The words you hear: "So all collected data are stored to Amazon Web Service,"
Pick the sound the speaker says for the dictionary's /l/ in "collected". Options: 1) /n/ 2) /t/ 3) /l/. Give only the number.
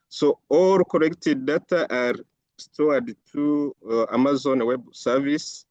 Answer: 1